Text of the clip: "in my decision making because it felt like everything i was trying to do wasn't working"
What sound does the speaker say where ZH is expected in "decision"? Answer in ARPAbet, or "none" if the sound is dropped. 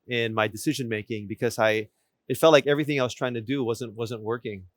ZH